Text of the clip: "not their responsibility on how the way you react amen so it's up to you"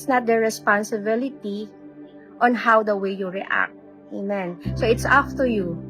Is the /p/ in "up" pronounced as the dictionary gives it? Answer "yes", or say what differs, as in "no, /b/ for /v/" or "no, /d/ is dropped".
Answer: no, /f/ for /p/